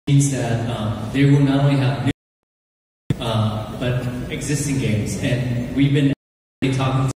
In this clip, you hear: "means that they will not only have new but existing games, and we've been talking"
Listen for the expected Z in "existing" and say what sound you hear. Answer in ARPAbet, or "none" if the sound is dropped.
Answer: Z